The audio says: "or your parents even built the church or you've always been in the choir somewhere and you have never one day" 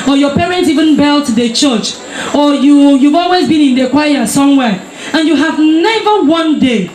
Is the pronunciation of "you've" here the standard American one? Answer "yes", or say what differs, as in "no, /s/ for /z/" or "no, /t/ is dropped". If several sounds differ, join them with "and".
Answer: yes